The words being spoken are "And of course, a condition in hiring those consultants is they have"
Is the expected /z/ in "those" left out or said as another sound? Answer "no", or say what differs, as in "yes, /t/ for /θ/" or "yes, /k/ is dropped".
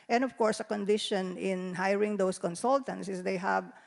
yes, /s/ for /z/